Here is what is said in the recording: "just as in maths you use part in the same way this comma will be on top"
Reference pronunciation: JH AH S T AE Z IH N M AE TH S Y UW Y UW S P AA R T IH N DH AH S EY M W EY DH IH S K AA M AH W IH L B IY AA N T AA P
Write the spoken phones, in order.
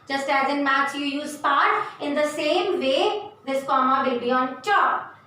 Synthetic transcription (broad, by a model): JH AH S T AE Z IH N M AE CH Y UW Y UW S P AA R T IH N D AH S EY M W EY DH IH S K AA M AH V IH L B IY AA N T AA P